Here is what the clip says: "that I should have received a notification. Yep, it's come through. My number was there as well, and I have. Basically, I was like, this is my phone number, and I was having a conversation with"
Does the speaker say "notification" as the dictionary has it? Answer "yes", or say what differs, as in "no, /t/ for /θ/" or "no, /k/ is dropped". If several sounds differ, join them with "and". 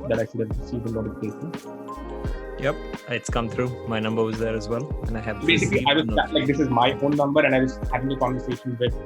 no, /s/ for /ʃ/